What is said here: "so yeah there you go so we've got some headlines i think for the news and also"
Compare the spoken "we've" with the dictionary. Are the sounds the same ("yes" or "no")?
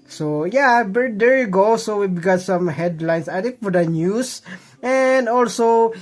no